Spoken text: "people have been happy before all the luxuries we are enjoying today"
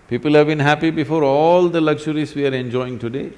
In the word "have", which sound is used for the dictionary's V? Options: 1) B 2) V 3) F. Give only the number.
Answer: 2